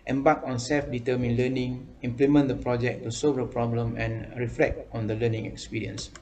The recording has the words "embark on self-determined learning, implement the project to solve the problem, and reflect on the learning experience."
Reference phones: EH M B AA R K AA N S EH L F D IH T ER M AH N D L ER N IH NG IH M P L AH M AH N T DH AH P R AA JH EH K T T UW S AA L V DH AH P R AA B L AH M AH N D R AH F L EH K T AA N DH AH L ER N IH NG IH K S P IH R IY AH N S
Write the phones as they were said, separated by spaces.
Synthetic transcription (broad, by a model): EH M B AA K AA N S EH L F D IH T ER M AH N L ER N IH NG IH M P L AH M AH N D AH P R AA JH EH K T T UW S AA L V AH P R AA B L AH M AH N R AH F L EH K T AA N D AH L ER N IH NG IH K S P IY R IY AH N S